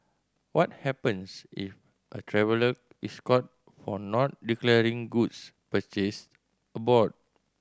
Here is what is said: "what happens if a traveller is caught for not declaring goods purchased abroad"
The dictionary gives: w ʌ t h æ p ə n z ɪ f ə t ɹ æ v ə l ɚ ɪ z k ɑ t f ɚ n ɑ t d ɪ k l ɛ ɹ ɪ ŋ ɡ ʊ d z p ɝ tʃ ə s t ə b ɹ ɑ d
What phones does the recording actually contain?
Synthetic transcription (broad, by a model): w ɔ t h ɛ p ə n s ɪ f ə t ɹ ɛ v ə l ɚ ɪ s k ɑ t f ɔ n ɑ t d ɪ k l ɛ ɹ ɪ ŋ ɡ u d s p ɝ tʃ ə s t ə b ɑ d